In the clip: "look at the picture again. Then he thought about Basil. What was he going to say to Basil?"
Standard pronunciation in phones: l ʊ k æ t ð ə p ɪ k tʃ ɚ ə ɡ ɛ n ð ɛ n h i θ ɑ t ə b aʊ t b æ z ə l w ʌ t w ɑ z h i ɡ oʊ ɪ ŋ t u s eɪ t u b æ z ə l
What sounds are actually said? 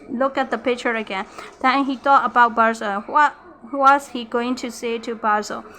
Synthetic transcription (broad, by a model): l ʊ k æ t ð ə p ɪ k tʃ ɚ ə ɡ ɛ n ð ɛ n h i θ ɑ t ə b aʊ t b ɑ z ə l w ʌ t w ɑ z h i ɡ oʊ ɪ ŋ t u s eɪ t u b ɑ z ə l